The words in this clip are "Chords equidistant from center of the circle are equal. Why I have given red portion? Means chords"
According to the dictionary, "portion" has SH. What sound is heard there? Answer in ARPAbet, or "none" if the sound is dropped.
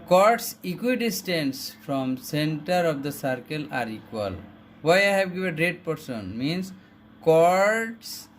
S